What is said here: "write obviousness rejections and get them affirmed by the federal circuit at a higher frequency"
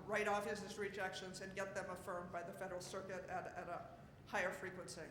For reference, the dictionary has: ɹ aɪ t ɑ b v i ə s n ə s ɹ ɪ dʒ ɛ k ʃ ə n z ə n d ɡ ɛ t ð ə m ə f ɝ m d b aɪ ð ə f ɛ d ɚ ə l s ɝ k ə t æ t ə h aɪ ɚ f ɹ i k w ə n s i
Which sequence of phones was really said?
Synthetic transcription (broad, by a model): ɹ aɪ t ɑ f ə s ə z ɹ ɪ dʒ ɛ k ʃ ə n z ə n ɡ ɛ t ð ə m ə f ɝ m b aɪ ð ə f ɛ d ɚ l s ɝ k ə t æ t ə h aɪ ɚ f ɹ i k w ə n s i